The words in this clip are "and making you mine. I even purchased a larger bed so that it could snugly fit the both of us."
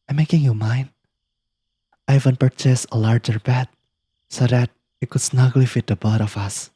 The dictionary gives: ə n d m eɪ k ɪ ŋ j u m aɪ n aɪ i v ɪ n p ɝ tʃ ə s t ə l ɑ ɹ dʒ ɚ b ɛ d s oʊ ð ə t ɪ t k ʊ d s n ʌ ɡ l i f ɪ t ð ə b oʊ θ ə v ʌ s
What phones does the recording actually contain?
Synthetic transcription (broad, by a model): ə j m eɪ k ɪ ŋ j u m aɪ n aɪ i v ɪ n p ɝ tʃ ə s ə l ɑ ɹ dʒ ɚ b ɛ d s oʊ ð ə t ɪ t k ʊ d s n ʌ ɡ l i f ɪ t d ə b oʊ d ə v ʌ s